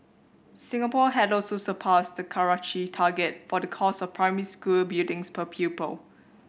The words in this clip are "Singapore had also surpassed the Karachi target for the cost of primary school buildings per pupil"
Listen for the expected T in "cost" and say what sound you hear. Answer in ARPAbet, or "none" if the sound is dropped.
none